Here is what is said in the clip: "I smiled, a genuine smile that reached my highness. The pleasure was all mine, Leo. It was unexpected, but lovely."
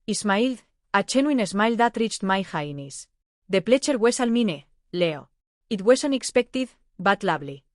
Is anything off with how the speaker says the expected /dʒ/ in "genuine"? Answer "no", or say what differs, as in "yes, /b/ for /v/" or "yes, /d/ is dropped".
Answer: yes, /tʃ/ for /dʒ/